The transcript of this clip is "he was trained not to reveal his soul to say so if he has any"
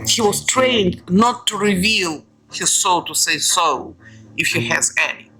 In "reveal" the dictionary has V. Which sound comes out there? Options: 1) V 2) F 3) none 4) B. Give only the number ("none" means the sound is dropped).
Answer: 1